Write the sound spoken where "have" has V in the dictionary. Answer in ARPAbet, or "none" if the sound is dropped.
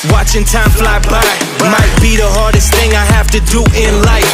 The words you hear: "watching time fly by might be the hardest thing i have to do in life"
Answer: F